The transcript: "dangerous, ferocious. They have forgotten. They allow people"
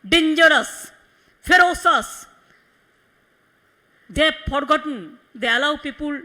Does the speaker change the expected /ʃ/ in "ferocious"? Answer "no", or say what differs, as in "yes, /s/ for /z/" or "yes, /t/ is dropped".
yes, /s/ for /ʃ/